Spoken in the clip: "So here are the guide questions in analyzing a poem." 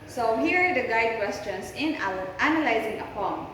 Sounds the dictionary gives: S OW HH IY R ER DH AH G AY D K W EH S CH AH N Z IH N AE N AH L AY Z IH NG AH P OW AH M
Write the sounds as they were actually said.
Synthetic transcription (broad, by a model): S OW HH IY R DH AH G AY D K W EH S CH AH N S IH N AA N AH L AY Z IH NG AH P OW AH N